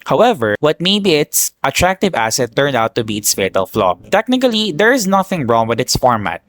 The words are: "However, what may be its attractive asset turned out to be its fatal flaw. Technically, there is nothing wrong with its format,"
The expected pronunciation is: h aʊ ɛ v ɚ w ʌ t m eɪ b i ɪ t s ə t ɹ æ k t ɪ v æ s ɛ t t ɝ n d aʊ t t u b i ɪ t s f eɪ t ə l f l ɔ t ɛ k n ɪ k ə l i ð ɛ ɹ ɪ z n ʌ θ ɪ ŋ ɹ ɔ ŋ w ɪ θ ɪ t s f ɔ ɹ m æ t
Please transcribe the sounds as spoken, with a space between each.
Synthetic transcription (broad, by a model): h aʊ ɛ v ɚ w ʌ t m eɪ b i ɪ t s ə t ɹ æ k t ɪ v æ s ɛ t t ɝ n d aʊ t t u b i ɪ t s f eɪ t ə l f l ɔ t ɛ k n ɪ k ə l i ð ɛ ɹ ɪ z n ʌ θ ɪ ŋ ɹ ɔ ŋ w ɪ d ɪ t s f ɔ ɹ m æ t